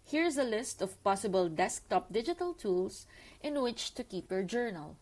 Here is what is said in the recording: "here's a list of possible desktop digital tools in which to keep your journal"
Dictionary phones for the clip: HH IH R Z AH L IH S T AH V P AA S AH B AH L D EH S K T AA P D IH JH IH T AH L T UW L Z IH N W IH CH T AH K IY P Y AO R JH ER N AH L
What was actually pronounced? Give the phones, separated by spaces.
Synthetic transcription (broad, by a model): HH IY R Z AH L IH S T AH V P AA S AH B AH L D EH S K T AA P D IH JH IH T AH L T UW L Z IH N W IH CH T AH K IY P Y AO R JH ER N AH L